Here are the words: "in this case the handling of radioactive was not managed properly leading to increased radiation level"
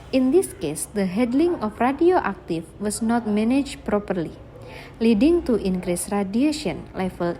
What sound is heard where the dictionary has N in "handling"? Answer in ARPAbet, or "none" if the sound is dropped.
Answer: none